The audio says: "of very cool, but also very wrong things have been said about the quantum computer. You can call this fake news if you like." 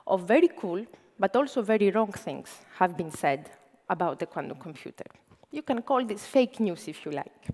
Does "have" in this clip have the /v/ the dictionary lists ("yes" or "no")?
yes